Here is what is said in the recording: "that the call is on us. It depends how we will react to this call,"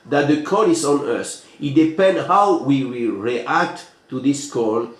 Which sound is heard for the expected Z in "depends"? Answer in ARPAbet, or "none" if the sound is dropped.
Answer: none